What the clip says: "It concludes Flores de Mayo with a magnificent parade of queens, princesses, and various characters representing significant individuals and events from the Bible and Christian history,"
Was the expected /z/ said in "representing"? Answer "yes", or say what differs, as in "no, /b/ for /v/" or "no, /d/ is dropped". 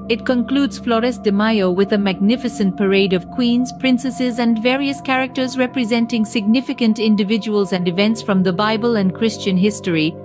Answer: yes